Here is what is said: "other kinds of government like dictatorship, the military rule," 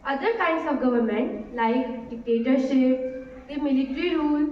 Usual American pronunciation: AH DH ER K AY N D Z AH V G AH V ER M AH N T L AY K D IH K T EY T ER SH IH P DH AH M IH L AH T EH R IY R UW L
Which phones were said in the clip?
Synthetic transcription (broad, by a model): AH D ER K AY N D S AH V G AH V ER M AH N T L AY K D IH K T EY T ER SH IH P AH M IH L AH T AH R IY R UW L